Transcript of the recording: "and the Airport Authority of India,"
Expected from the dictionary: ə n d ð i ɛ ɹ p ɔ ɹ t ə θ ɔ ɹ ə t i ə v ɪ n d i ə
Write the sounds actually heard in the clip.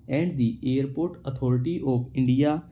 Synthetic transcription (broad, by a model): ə n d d i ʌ ɹ p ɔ ɹ t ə t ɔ ɹ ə t i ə p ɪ n d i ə